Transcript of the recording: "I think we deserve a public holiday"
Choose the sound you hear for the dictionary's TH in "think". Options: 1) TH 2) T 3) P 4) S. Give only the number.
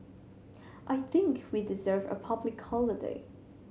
1